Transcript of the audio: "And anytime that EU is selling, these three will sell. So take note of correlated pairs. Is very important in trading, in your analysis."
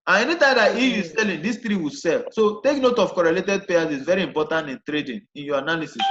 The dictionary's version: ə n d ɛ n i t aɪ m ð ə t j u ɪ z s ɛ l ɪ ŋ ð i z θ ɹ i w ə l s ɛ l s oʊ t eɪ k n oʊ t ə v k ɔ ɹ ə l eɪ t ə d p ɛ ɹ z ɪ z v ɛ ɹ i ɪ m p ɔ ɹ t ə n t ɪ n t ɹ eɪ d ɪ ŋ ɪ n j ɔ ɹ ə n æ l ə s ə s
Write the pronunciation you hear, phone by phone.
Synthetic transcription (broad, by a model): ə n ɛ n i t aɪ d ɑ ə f j u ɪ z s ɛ l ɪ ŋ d i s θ ɹ i w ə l s ɛ l s oʊ t eɪ k n oʊ t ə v k ɔ ɹ ə l eɪ t ə d p ɛ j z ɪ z v ɛ ɹ i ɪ m p ɔ t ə n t ɪ n t ɹ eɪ d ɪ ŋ ɪ n j ɔ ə n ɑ l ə s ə s